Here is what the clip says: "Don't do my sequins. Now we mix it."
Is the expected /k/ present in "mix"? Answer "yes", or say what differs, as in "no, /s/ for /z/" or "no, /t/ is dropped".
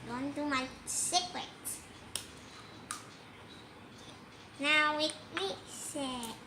no, /k/ is dropped